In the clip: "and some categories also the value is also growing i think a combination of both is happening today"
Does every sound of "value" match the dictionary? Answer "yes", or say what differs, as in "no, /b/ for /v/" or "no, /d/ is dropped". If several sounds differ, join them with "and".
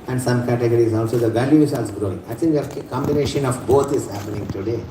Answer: yes